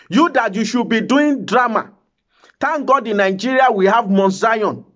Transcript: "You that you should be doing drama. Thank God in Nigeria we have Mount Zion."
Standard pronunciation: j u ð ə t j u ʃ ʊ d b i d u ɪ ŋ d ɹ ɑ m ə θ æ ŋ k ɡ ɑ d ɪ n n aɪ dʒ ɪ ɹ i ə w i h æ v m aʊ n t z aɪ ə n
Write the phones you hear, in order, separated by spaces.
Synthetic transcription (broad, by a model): j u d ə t j u ʃ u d b i d u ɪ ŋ d ɹ ɑ m ə t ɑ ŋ ɡ ɑ d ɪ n n aɪ dʒ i ɹ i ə w i h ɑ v m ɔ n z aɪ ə n